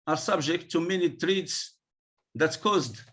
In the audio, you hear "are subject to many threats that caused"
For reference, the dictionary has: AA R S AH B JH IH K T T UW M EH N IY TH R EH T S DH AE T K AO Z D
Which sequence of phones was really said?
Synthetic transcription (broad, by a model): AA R S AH B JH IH K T T UW M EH N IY T R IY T S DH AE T K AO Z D